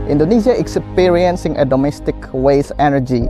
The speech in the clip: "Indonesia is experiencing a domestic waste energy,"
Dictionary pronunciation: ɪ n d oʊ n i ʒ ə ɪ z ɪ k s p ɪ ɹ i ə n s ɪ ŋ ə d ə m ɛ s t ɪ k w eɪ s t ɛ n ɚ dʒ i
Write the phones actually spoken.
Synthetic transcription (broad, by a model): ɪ n d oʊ n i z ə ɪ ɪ k s p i ɹ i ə n s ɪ ŋ ə d ə m ɛ s t ɪ k w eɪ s ɛ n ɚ dʒ i